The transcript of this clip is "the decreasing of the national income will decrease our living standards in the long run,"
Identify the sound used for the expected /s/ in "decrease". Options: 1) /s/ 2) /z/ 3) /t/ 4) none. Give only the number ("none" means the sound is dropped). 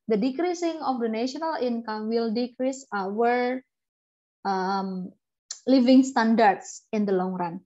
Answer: 1